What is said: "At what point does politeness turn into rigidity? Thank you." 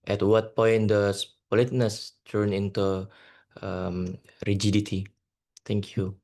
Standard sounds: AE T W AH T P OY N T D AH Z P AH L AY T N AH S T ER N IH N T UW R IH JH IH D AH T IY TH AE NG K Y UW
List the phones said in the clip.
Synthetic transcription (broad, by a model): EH T W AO T P OY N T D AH S P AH L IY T N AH S T ER N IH N T UW R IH JH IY D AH T IY T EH NG K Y UW